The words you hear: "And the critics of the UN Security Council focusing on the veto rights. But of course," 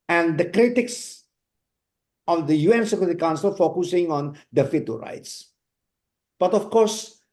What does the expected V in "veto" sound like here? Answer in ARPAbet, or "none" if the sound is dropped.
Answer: F